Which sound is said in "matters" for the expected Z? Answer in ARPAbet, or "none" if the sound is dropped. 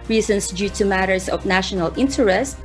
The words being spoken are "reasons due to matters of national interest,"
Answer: S